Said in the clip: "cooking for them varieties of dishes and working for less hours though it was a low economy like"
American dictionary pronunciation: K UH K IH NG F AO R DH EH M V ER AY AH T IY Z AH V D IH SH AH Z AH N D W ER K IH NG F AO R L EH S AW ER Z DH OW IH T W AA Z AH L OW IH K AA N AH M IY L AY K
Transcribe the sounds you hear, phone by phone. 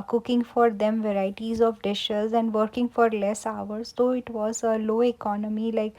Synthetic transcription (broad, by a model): K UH K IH NG F AO R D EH M V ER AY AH T IY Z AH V D IH SH AH Z AH N D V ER K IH NG F AO R L EH S AW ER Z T OW IH T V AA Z AH L OW IH K AA N AH M IY L AY K